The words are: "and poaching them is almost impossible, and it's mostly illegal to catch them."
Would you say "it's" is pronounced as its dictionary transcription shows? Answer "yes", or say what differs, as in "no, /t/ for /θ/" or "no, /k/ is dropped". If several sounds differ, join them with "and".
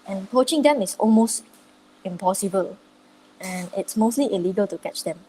yes